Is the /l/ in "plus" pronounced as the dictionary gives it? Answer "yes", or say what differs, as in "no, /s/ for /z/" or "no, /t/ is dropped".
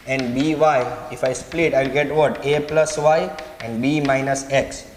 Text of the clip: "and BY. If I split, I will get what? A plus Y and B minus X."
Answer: yes